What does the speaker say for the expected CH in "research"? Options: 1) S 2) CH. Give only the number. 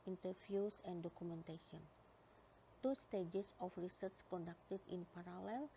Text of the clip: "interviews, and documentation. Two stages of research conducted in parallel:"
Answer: 1